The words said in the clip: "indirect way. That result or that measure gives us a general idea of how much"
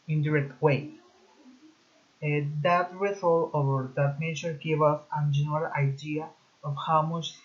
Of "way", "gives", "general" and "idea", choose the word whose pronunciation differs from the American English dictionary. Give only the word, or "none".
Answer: gives